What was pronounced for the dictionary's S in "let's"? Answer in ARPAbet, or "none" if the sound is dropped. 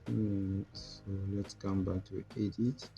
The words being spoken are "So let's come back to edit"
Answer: S